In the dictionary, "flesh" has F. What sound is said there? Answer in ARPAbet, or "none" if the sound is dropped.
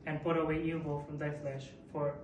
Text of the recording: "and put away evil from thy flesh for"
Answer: F